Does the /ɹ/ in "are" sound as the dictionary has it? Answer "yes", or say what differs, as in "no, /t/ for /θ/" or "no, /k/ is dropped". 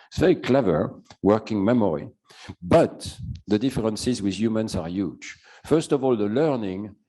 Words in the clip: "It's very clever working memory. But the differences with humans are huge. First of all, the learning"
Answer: yes